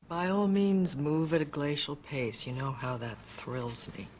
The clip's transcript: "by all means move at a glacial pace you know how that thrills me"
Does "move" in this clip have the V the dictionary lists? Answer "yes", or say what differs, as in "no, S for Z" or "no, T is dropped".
yes